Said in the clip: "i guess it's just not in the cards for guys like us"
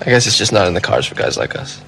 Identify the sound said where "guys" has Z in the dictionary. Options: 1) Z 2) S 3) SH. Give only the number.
1